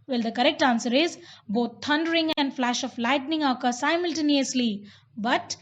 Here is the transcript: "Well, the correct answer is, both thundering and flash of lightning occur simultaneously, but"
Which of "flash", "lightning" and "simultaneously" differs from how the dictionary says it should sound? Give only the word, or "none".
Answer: none